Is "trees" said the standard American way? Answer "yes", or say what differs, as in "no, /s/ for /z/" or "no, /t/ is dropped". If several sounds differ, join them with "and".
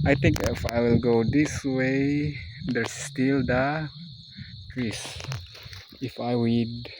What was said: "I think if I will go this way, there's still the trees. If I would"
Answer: no, /s/ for /z/